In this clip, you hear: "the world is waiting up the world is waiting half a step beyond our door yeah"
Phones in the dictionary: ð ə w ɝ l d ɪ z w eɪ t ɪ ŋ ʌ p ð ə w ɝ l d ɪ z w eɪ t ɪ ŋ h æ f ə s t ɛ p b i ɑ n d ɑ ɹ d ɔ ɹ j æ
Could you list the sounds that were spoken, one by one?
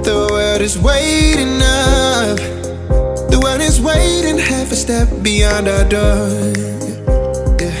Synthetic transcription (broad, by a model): ð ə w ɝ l d ɪ z w eɪ t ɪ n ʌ f ð ə w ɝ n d ɪ z w eɪ t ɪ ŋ h æ f ə s t ɛ p b i ɑ n d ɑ d ɔ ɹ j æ